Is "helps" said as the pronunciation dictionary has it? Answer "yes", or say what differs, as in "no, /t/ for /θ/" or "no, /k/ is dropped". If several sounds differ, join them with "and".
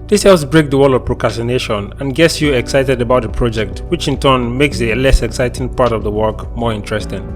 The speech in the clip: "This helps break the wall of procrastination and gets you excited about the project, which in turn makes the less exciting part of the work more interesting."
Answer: no, /p/ is dropped